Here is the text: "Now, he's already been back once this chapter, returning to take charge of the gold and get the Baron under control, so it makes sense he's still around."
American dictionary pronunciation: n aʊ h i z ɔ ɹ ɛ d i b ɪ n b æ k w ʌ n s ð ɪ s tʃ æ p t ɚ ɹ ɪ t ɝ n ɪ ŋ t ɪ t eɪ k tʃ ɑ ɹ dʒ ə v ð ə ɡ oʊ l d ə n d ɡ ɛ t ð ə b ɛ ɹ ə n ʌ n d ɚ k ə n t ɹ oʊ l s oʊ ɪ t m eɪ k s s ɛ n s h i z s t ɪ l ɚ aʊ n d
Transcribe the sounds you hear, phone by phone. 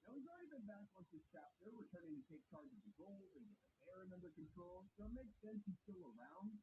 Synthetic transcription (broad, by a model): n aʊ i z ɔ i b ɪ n b æ k w ʌ n s ð ɪ s tʃ æ p t ɚ w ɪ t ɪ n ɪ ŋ t ɪ t eɪ k tʃ ɑ ɹ dʒ ə v ð ə ɡ oʊ l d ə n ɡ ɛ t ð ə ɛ ɹ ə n ʌ n d ɚ k ə n t ɹ oʊ l s oʊ ɪ t m eɪ k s s ɛ n s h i s t ɪ l ɚ aʊ n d